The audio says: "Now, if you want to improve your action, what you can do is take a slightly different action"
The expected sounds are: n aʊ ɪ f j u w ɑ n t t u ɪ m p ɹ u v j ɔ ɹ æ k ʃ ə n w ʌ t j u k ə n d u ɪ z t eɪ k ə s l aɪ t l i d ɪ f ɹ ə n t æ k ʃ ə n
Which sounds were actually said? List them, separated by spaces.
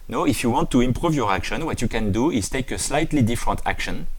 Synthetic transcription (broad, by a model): n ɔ ɪ f j u w ɑ n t t u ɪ m p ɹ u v j ɔ ɹ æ k ʃ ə n w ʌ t j u k ə n d u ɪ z t eɪ k ə s l aɪ t l i d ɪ f ɹ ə n t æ k ʃ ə n